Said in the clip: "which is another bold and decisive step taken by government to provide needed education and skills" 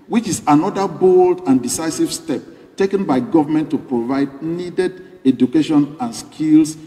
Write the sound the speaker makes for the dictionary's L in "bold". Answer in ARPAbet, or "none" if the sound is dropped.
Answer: L